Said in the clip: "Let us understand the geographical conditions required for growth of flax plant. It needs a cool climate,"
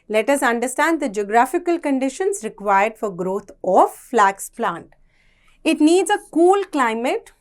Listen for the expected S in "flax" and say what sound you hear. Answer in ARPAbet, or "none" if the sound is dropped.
S